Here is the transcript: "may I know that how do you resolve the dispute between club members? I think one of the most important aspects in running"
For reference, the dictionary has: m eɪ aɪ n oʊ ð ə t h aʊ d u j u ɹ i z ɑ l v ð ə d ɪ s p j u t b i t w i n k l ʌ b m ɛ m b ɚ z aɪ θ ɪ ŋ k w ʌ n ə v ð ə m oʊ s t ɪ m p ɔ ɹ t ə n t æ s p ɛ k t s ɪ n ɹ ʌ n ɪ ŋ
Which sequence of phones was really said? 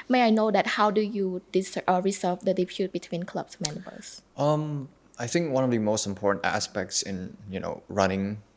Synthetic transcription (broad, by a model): m eɪ aɪ n oʊ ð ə t h aʊ d u j u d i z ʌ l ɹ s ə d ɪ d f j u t b i t w i n k l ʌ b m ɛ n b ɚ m aɪ θ ɪ ŋ k w ʌ n ə v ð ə m oʊ s t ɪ m p ɔ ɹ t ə n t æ s p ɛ k t s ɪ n ɹ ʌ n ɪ ŋ